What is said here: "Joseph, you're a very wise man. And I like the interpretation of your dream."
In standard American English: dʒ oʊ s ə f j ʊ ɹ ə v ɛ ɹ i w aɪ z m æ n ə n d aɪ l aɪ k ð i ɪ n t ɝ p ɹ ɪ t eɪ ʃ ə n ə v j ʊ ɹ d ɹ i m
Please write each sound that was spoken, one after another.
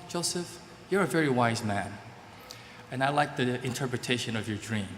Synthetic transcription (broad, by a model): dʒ oʊ s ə f j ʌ ɹ ə v ɛ ɹ i w aɪ z m æ n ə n aɪ l aɪ k ð i ɪ n t ɝ p ɹ ɪ t eɪ ʃ ə n ə v j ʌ ɹ d ɹ i m